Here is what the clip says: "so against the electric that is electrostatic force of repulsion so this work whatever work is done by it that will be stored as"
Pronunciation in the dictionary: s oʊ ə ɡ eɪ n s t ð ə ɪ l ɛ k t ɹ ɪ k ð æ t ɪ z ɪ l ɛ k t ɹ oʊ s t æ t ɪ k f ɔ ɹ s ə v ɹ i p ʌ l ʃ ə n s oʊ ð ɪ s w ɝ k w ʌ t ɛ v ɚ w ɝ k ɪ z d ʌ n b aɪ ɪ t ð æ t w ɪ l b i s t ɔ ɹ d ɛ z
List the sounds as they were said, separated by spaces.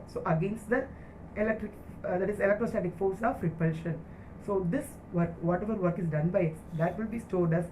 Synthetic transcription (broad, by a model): s oʊ ə ɡ eɪ n s t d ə ɪ l ɛ k t ɹ ɪ k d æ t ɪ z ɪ l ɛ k t ɹ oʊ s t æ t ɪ k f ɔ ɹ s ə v ɹ i p ʌ l ʃ ə n s oʊ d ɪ s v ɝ k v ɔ t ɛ v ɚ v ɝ k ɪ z d ʌ n b aɪ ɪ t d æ t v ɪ l b i s t ɔ ɹ d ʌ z